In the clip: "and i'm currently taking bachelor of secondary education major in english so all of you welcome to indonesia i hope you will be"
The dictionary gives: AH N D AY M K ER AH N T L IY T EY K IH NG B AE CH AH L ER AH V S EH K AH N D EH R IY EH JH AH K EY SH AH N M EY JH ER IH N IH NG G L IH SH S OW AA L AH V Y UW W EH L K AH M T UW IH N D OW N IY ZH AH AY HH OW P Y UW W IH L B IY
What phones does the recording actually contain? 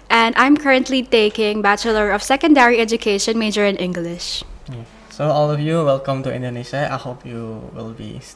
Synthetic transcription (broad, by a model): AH N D AY M K ER AH N T L IY T EY K IH NG B AE CH AH L ER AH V S EH K AH N D EH R IY EH JH AH K EY SH AH N M EY JH ER IH N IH NG G L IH SH S OW AA L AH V Y UW W EH L K AH M T UW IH N D OW N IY SH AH AY HH OW P Y UW W IH L B IY